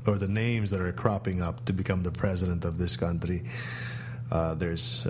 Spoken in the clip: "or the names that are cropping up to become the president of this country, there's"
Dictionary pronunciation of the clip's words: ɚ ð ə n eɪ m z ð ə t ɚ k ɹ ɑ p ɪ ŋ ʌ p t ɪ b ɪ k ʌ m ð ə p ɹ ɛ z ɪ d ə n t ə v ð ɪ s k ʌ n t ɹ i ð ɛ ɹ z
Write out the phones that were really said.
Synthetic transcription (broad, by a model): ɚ ð ə n eɪ m z ð ə t ɚ k ɹ ɑ p ɪ ŋ ʌ p t ɪ b ɪ k ʌ m ð ə p ɹ ɛ z ɪ d ə n t ə v ð ɪ s k ʌ n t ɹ i ð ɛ ɹ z